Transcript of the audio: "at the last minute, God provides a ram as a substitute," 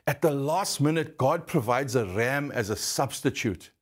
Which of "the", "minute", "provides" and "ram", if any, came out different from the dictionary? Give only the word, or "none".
none